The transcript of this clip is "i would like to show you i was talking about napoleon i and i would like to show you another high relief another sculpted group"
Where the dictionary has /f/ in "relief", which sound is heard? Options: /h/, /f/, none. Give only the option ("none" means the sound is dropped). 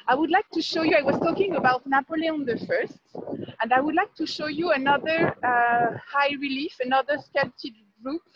/f/